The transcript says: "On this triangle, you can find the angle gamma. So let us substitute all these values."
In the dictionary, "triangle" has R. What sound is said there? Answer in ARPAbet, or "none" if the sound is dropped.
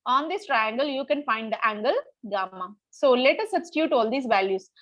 R